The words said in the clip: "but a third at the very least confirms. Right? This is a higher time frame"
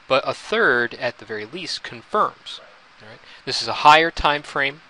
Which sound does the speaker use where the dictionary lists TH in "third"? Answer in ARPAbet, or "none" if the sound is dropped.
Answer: TH